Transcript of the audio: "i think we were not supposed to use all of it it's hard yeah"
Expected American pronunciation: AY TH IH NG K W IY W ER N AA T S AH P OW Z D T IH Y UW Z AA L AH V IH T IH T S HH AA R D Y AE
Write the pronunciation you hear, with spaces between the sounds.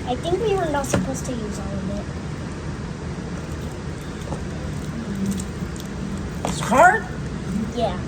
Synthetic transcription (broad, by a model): AY TH IH NG K W IY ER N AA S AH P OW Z T IH Y UW Z AA L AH B IH T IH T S HH AA R D Y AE